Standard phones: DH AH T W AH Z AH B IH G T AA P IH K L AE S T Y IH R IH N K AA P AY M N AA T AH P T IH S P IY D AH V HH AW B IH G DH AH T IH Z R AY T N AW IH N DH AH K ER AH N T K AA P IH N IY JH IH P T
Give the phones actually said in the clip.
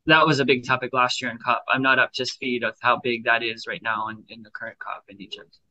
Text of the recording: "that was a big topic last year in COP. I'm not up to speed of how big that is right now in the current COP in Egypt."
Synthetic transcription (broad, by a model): DH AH T W AH Z AH B IH G T AA P IH K L AE S T Y IH R IH N K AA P AY M N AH T AH P T IH S P IY D AH V HH AW B IH G DH AH T IH Z R AY T N AW IH N DH AH K ER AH N K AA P IH N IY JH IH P T